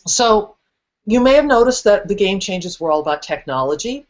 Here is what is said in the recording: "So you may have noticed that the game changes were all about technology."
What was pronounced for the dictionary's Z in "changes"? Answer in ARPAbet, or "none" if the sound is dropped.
Z